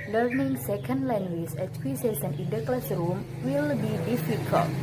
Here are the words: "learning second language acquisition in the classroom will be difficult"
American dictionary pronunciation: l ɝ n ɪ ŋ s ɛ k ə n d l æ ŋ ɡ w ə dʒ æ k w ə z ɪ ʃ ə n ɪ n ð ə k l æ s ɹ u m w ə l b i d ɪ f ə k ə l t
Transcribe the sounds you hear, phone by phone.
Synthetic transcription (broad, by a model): l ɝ n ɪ ŋ s ɛ k ə n d l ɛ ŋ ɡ w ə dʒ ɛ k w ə s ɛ s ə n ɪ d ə k l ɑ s ɹ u m w ə l b i d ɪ f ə k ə l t